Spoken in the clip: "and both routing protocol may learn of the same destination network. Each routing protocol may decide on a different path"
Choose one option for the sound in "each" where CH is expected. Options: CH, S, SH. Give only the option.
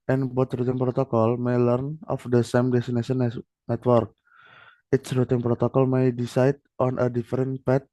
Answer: S